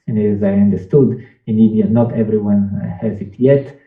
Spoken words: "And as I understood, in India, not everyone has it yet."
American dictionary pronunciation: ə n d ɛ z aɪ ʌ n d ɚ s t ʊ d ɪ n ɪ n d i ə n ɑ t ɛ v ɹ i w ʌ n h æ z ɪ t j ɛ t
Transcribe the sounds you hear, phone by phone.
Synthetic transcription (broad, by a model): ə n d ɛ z aɪ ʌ n d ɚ s t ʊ d ɪ n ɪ d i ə n ɑ t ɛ v ɹ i w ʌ n h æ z ɪ t j ɛ t